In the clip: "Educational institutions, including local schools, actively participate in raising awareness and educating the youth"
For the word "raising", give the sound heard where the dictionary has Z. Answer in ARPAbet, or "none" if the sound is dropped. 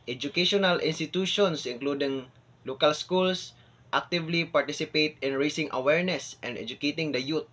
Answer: S